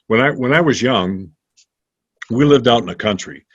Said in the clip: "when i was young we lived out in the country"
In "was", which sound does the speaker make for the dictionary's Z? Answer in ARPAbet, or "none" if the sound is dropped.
Z